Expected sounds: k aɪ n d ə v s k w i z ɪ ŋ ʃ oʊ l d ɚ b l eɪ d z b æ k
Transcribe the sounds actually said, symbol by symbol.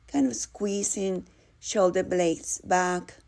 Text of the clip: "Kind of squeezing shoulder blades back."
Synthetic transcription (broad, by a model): k aɪ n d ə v s k w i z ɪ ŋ ʃ oʊ l d ɚ b l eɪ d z b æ k